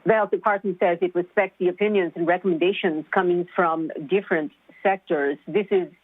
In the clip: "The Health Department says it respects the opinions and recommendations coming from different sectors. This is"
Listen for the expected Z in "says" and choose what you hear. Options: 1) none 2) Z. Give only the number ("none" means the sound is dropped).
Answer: 2